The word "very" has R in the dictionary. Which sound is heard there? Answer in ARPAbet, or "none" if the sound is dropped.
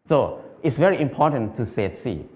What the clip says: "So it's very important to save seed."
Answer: R